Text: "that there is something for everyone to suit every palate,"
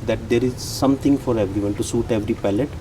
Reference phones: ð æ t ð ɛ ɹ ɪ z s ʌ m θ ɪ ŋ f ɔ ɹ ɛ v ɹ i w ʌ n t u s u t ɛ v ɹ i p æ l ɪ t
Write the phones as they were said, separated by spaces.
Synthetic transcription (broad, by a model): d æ t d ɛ ɹ ɪ z s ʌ m t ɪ ŋ f ɔ ɹ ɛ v ɹ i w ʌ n t u s u t ɛ v ɹ i p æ l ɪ t